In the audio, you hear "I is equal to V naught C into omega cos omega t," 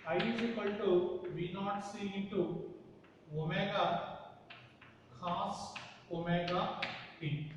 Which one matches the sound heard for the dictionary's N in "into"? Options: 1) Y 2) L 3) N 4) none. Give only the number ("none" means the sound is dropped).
4